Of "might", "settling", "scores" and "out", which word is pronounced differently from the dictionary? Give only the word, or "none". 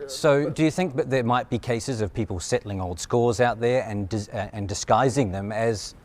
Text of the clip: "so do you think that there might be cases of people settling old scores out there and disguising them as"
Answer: none